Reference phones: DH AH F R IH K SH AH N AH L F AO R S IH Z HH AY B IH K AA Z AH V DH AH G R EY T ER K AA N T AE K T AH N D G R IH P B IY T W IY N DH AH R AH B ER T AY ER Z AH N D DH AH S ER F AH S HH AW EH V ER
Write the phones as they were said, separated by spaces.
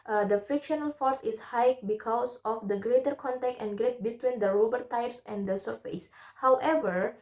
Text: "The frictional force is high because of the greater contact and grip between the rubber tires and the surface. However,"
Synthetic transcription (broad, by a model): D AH F IH K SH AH N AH L F AO R S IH S HH AY B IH K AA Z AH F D AH G R EY T ER K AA N T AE K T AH N G R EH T B IY T W IY N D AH R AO B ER T AY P S AH N D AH S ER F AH S HH AW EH V ER